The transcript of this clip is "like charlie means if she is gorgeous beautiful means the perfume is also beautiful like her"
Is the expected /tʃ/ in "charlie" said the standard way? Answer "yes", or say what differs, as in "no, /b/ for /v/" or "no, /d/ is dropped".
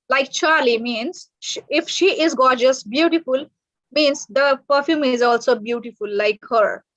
yes